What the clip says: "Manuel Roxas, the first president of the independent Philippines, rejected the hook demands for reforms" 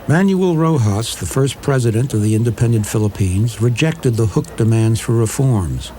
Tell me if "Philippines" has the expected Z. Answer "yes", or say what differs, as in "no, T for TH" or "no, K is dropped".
yes